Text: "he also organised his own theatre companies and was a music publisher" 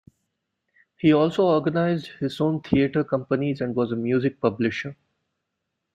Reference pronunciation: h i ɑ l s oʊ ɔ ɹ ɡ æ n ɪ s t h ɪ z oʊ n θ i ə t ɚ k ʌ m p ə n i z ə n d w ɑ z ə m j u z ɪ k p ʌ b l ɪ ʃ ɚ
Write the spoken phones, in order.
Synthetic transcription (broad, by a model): h i ɑ l s oʊ ɔ ɹ ɡ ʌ n ɪ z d h ɪ z oʊ n t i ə t ɚ k ʌ m p ə n i z ə n d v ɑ z ə m j u z ɪ k p ʌ b l ɪ ʃ ɚ